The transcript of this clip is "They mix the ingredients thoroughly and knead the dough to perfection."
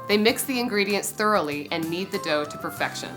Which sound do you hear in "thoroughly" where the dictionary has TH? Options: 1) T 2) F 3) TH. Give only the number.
3